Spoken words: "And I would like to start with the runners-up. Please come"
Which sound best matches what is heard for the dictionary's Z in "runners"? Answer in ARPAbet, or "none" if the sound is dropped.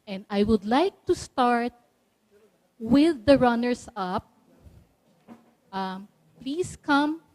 S